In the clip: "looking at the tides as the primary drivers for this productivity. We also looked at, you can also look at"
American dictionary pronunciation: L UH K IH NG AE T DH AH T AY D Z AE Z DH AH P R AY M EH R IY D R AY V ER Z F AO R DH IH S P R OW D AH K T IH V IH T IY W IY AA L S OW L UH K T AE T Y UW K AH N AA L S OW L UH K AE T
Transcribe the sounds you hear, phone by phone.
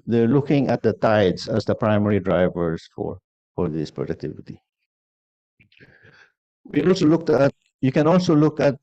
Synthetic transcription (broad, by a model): L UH K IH NG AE T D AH T AY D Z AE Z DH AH P R AY M EH R IY D R AY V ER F F AO R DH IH S P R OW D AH K T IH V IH T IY W IY AA L S OW L UH K T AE T Y UW K AH N AA L S OW L UH K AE T